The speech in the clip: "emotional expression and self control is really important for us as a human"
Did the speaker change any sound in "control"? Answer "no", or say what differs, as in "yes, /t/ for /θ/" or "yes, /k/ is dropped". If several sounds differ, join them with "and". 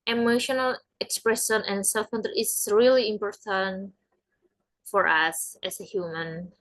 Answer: yes, /ɹ/ is dropped